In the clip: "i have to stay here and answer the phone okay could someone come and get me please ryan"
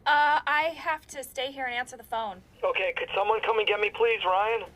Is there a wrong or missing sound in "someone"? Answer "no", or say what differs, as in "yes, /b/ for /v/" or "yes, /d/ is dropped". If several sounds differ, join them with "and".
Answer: no